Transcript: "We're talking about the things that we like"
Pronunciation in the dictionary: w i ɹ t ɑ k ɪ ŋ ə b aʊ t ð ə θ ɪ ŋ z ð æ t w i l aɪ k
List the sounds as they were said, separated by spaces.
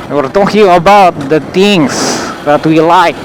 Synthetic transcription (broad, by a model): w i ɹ t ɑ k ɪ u ə b aʊ t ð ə t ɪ ŋ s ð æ t w i l aɪ k